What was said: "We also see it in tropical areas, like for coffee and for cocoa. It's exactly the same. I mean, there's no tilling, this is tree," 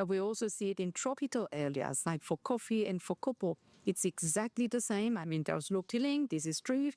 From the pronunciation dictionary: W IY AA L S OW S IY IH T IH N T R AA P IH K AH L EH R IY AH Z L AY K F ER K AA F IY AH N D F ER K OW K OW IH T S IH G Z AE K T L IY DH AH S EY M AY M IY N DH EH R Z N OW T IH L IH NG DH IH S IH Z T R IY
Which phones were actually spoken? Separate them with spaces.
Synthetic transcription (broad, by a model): W IY AA L S OW S IY IH T IH N T R AA P IH K AH L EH L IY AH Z L AY K F ER K AA F IY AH N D F ER K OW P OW IH T S IH G Z AE K T L IY DH AH S EY M AY M IY N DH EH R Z L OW T IH L IH NG DH IH S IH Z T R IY